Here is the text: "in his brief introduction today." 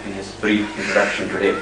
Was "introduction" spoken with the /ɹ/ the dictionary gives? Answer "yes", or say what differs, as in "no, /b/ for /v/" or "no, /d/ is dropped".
no, /ɹ/ is dropped